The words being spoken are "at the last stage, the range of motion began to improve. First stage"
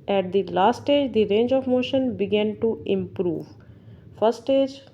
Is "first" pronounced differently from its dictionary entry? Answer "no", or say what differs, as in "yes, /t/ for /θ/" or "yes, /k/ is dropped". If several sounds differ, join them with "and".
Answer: yes, /s/ is dropped